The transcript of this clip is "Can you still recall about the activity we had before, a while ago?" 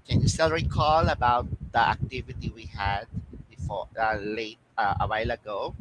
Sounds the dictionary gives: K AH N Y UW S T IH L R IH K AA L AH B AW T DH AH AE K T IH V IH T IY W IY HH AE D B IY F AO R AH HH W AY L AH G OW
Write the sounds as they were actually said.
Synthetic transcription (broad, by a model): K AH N Y UW S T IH L R IH K AA L AH B AW T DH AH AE K T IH V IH T IY W IY HH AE D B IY F AO L AH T W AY L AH G OW